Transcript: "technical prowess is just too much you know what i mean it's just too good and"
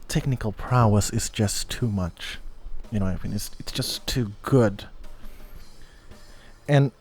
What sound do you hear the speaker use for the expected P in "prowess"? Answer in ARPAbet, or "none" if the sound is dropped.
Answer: P